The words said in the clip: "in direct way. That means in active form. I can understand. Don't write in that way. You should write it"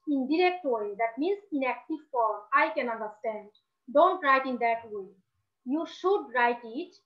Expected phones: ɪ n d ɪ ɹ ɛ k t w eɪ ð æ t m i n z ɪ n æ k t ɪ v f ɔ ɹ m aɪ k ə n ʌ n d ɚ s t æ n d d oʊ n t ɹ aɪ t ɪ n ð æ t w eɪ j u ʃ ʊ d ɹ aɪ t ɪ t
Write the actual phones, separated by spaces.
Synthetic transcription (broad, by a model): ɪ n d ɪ ɹ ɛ k t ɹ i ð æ t m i n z ɪ n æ k t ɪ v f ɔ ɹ aɪ k ə n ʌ n d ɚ s t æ n d d oʊ n t ɹ aɪ t ɪ n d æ t w eɪ j u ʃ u d ɹ aɪ t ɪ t